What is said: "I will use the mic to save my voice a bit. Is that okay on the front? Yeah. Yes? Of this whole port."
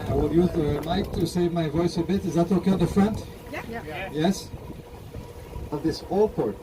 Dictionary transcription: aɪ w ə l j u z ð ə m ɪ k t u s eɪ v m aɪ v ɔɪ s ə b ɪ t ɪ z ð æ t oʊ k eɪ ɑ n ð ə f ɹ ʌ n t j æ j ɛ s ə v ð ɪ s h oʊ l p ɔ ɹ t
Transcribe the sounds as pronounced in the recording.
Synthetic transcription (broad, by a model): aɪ w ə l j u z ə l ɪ k t u s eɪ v m aɪ v ɔɪ s ə b ɪ t ɪ z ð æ t oʊ k eɪ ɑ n ð ə f ɹ ʌ n t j j ɛ s ə v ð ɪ s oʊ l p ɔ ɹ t